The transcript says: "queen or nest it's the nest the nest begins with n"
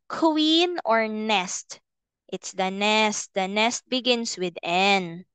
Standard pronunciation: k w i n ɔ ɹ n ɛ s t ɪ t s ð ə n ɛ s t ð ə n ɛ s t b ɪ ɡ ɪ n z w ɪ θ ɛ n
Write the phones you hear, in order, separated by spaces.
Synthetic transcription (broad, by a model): k w i n ɔ ɹ n ɛ s t ɪ t s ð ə n ɛ s t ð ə n ɛ s t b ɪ ɡ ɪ n s w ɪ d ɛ n